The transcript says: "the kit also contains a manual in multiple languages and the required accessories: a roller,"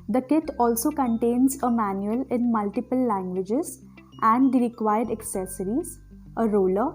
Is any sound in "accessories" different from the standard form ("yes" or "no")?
no